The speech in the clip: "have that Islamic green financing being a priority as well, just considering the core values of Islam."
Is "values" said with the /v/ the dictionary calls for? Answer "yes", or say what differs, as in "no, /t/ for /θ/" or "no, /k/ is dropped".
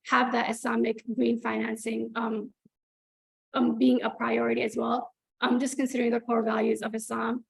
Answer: yes